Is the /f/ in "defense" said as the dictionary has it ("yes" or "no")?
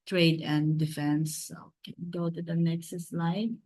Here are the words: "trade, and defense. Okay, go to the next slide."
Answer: yes